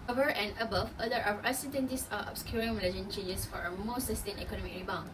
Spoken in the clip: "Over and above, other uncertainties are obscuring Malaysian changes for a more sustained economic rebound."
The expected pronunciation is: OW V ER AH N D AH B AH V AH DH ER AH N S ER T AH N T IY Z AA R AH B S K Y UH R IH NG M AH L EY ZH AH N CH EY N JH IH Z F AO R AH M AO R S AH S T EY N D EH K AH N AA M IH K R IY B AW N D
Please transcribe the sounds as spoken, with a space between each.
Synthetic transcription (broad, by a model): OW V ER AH N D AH B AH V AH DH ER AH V S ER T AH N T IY S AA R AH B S K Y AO R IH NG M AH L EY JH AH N CH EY N JH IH S F AO R AH M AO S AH S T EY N EH K AH N AA M IH K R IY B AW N